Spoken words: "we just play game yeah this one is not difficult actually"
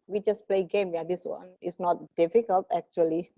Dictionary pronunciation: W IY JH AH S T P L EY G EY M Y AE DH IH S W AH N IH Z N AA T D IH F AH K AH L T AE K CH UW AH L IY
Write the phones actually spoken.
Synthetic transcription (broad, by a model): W IY JH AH S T P L EY G EY M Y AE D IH S W AH N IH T N AA T D IH F AH K AH L T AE K CH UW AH L IY